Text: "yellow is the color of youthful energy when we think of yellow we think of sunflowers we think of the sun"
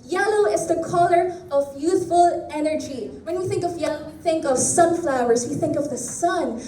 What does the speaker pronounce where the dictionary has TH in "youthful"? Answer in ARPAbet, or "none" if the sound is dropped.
TH